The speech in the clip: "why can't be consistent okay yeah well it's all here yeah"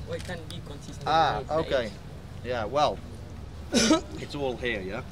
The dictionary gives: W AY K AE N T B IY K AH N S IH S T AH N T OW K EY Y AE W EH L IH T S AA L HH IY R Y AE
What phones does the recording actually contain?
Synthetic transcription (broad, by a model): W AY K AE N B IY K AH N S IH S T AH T OW K EY Y AE W EH L IH T S AA L HH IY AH Y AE